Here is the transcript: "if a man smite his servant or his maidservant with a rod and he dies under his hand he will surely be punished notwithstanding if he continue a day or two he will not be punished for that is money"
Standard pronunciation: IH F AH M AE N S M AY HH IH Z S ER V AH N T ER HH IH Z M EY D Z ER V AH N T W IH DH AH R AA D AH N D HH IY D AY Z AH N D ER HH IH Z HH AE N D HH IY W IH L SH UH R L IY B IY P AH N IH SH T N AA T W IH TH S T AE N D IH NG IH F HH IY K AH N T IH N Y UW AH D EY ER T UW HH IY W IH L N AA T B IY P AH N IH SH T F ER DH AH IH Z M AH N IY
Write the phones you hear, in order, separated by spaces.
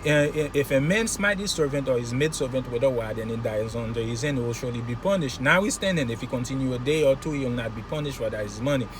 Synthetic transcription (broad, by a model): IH F AH M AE N S M AY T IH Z S ER V AH N T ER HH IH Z M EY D S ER V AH N T W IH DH AH W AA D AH N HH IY D AY Z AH N D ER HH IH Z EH N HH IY W IH L SH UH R L IY B IY P AH N IH SH T N AA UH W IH S T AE N D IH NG IH F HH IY K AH N T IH N Y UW AH D EY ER T UW HH IY W IH L N AA T B IY P AH N IH SH T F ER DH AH IH Z M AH N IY